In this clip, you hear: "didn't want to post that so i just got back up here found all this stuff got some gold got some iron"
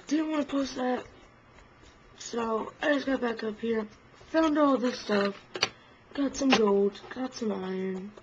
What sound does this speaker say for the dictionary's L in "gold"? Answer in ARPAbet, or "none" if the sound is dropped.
L